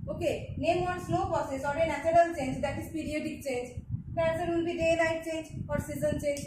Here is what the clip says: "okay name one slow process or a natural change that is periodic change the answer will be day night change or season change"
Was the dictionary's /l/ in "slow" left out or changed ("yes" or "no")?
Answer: yes